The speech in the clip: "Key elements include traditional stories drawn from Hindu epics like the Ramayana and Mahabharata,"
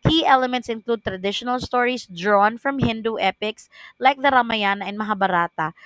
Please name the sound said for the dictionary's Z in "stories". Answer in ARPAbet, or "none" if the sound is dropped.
S